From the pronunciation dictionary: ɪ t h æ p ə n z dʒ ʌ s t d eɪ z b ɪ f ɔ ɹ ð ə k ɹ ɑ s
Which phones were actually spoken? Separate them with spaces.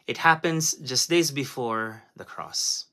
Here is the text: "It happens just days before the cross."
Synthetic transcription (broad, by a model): ɪ t h æ p ə n z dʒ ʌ s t d eɪ z b ɪ f ɔ ɹ ð ə k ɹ ɑ s